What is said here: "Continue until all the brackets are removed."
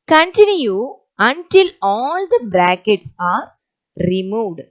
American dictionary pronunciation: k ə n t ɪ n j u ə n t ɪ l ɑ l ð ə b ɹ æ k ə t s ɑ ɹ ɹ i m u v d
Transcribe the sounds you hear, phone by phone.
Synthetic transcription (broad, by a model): k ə n t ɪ n j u ə n t ɪ l ɑ l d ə b ɹ æ k ə t s ɑ ɹ ɹ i m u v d